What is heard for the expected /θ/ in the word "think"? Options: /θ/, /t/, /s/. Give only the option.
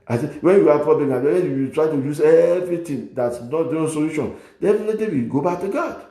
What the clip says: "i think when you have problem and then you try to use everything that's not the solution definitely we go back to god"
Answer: /s/